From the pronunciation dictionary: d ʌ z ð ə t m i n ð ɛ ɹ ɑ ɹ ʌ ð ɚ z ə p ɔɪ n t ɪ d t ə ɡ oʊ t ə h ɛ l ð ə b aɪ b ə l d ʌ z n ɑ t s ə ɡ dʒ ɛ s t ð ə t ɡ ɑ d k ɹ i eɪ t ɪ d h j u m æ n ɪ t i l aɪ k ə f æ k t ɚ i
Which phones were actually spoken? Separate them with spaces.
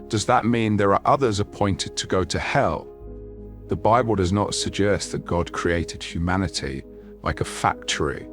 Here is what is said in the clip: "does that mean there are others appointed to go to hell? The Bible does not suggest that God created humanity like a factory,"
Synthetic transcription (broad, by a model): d ʌ z ð ə t m i n ð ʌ ɹ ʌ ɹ ʌ ð ɚ z ə p ɔɪ n t ɪ d t ə ɡ oʊ t ə h ɛ l ð ə b aɪ b ə l d ʌ z n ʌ t s ə ɡ dʒ ɛ s t ð ə t ɡ ɑ d k ɹ i eɪ t ɪ d h j u m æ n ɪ t i l aɪ k ə f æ k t ɚ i